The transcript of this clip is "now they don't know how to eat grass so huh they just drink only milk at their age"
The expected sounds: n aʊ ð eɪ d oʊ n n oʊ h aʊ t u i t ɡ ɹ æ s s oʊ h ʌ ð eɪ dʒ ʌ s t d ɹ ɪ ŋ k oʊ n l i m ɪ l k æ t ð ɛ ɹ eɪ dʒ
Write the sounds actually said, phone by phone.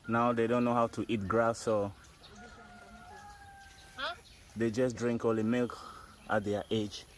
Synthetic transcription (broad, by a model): n aʊ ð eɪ d oʊ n n oʊ h aʊ t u i t ɡ ɹ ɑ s s oʊ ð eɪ dʒ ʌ s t d ɹ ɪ ŋ k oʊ l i m ɪ l k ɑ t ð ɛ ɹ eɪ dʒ